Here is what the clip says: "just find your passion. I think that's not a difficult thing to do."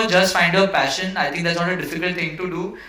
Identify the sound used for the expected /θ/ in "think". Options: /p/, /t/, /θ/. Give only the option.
/t/